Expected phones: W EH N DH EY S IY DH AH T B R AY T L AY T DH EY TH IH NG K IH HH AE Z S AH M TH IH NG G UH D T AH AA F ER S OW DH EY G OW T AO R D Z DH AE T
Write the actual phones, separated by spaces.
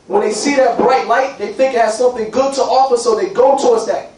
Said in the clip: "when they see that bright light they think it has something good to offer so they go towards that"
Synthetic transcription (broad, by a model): W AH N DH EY S IY DH AH T B R AY T L AY T DH EY TH IH NG K IH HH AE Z S AH M TH IH NG G UH D T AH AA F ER S OW DH EY G OW T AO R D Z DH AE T